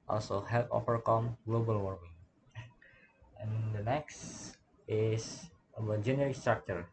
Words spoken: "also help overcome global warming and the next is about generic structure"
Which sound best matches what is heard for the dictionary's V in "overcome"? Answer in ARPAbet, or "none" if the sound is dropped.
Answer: F